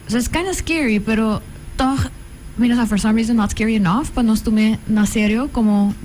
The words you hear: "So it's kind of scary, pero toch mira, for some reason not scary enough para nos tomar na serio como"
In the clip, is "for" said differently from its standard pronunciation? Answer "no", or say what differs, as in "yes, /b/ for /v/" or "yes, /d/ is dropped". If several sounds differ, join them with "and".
no